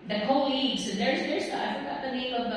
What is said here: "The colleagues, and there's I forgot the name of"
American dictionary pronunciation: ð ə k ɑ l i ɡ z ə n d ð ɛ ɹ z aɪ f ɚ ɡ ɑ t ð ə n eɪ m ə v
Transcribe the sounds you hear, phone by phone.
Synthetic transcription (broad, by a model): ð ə k ɑ l i ɡ z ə n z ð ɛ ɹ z aɪ f ɚ ɡ ɑ t ð ə n eɪ m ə v